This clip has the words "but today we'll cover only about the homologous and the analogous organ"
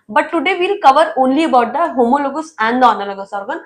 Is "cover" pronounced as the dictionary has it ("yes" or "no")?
yes